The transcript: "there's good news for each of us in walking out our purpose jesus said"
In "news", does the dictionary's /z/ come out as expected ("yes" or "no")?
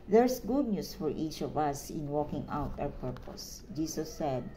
no